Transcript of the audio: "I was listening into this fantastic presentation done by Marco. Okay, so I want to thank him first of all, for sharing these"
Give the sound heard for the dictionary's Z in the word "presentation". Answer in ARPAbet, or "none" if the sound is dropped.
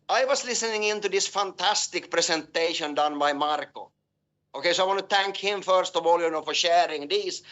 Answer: S